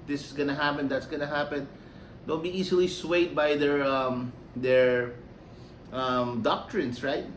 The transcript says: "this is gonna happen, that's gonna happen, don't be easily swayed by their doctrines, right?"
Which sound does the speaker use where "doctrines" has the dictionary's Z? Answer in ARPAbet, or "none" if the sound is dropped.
S